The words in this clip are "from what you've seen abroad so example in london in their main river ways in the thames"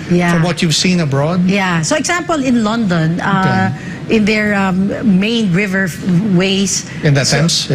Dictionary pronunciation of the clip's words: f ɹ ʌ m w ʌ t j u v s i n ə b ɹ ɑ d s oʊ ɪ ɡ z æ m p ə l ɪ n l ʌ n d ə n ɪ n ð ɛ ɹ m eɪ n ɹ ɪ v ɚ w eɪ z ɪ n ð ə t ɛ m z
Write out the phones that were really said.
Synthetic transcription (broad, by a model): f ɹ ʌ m w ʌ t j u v s i n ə b ɹ ɑ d s oʊ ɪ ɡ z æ m p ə l ɪ n l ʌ n d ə n ɪ n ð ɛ ɹ m eɪ n ɹ ɪ v ɚ w eɪ s ɪ n ð ə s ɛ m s